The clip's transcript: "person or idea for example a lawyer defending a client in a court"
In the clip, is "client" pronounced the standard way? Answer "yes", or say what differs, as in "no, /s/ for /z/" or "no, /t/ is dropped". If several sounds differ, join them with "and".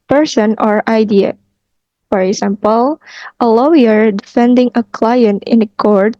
yes